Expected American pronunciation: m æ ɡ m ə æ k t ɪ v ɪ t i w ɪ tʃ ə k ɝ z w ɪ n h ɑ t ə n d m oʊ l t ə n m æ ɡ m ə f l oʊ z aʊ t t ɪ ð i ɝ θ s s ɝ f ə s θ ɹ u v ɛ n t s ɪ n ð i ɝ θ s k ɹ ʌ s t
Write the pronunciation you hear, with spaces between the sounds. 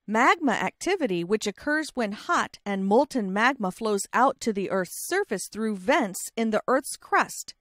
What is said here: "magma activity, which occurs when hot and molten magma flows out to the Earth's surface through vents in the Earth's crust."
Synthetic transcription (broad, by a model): m æ ɡ m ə æ k t ɪ v ɪ t i w ɪ tʃ ə k ɝ z w ɪ n h ɑ t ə n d m oʊ l t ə n m æ ɡ m ə f l oʊ z aʊ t t ɪ ð i ɝ θ s s ɝ f ə s θ ɹ u v ɛ n t s ɪ n ð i ɝ θ s k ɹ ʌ s t